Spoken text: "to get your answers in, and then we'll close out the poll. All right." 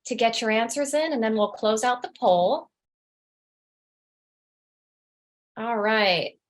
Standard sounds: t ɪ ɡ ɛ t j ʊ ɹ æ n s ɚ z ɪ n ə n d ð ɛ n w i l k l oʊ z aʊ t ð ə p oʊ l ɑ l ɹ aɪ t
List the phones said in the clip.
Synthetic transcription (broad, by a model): t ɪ ɡ ɛ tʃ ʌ ɹ æ n s ɚ z ɪ n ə n ð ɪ n w i l k l oʊ z aʊ t ð ə p oʊ l ɑ l ɹ aɪ t